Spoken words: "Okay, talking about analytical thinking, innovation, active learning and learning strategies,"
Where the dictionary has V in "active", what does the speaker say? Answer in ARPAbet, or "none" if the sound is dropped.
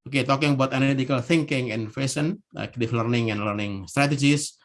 F